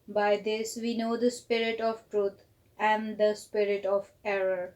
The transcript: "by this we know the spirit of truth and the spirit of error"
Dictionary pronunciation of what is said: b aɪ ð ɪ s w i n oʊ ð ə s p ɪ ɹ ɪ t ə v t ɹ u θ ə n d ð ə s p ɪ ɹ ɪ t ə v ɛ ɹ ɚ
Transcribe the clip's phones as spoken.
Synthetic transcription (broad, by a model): b aɪ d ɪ s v i n oʊ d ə s p ɪ ɹ ɪ t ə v t ɹ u t ə n d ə s p ɪ ɹ ɪ t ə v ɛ ɹ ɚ